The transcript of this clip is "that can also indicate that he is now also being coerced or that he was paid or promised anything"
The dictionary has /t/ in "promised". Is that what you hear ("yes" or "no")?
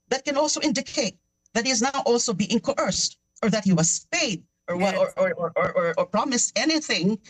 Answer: yes